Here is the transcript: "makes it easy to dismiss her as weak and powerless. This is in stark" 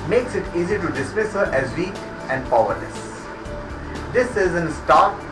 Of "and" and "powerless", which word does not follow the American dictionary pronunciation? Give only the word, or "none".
powerless